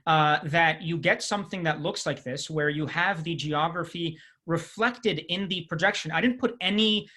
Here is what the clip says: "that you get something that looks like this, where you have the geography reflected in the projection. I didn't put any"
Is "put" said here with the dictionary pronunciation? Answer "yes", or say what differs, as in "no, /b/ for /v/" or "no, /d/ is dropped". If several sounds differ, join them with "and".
yes